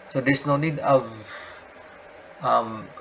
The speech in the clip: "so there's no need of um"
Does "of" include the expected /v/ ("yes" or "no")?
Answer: yes